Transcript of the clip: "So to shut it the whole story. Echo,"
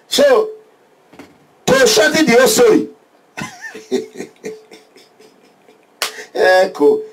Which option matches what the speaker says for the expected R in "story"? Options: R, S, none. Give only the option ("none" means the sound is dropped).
none